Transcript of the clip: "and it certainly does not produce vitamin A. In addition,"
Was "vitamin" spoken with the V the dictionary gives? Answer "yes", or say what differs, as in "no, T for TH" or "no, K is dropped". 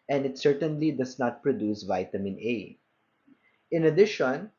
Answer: yes